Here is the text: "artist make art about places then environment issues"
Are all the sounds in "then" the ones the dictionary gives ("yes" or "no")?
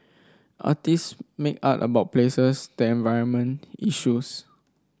no